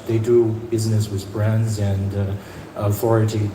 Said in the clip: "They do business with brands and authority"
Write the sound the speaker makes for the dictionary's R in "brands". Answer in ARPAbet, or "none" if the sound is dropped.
R